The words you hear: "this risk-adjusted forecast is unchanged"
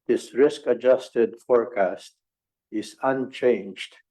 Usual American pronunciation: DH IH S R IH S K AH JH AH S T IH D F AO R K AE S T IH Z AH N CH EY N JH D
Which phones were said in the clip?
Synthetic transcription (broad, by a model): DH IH S R IH S K AH JH AH S T IH D F AO R K AE S T IH Z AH N CH EY N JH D